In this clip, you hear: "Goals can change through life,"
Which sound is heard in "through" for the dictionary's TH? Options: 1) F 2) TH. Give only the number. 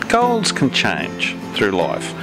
2